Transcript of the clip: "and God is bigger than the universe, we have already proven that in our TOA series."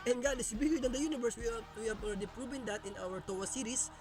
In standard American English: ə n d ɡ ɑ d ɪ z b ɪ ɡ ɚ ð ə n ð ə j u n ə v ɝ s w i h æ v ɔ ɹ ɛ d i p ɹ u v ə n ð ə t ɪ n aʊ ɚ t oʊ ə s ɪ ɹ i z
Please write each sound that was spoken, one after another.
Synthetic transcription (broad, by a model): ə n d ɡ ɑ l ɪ s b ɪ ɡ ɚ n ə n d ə j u n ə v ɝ s w i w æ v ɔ l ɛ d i p ɹ u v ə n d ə t ɪ n aʊ ɚ t oʊ ə s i ɹ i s